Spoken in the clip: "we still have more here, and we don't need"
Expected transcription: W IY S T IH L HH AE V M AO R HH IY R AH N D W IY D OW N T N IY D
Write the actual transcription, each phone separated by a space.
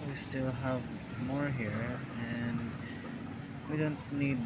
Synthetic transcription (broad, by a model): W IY S T IH L HH AE V M AO R HH IY R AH N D W IY D OW N T N IY D